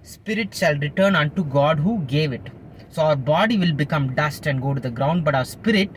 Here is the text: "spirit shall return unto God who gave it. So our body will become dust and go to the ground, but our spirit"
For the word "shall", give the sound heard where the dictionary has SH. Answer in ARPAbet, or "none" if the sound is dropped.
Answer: SH